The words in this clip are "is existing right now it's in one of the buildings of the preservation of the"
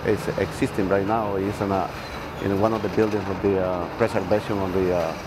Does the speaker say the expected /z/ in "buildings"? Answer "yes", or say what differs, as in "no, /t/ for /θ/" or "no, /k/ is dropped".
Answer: no, /s/ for /z/